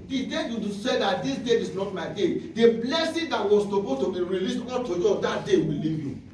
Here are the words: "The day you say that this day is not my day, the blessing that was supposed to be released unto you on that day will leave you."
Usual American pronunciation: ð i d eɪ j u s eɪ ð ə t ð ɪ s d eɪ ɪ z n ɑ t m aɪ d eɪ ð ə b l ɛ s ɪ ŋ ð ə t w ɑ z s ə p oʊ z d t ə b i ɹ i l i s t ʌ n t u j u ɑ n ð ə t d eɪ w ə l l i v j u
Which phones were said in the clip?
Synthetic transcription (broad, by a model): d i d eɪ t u s eɪ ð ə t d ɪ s d eɪ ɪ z n ɑ t m aɪ d eɪ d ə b l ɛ s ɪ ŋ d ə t w ɑ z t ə b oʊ t ə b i ɹ i l i s t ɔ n t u j u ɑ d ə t d eɪ w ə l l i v j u